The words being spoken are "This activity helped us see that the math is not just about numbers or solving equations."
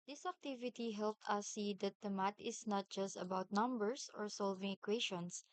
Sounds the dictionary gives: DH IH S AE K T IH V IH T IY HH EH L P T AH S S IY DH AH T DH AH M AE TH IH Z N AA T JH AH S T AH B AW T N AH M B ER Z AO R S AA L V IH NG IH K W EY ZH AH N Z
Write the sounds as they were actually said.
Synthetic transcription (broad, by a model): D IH S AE K T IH V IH T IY HH EH L P T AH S S IY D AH T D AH M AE T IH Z N AA T JH AH S T AH B AW T N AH M B ER S AO R S AA L V IH NG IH K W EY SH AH N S